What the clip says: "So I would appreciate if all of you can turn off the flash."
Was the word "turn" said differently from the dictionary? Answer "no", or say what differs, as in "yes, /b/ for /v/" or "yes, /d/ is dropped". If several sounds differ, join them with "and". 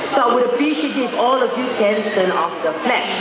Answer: yes, /s/ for /t/